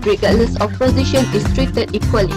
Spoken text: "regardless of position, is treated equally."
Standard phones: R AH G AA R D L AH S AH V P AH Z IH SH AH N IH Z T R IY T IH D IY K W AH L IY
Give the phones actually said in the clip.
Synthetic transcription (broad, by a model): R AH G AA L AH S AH F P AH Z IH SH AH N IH S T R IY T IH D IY K W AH L IY